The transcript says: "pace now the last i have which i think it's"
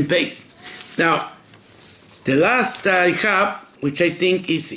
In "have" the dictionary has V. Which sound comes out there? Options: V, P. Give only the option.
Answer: P